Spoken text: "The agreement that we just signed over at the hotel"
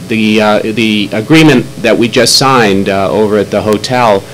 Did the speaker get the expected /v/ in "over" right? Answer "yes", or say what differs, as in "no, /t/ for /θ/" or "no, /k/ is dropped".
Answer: yes